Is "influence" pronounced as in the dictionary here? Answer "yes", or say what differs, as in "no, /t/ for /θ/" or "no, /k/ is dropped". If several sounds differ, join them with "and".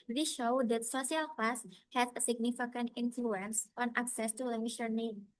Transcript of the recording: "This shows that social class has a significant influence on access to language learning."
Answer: yes